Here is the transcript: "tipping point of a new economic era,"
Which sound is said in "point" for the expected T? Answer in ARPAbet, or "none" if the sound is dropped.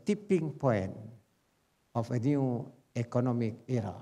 none